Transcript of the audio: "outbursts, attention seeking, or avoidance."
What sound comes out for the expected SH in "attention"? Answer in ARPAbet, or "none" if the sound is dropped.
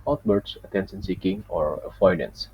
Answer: S